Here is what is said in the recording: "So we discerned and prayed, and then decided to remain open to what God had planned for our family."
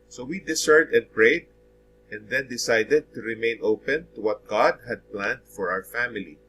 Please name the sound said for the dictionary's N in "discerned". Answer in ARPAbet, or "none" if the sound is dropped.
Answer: none